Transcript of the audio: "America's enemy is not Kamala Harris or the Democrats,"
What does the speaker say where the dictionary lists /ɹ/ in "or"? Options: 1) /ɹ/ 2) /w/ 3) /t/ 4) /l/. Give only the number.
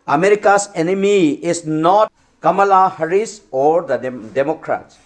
1